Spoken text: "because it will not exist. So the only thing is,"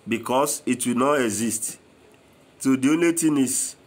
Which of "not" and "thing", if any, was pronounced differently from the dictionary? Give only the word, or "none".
thing